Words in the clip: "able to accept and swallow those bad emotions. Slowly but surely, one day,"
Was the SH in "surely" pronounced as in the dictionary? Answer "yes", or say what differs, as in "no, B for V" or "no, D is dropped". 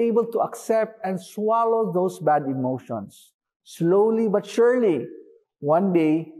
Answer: yes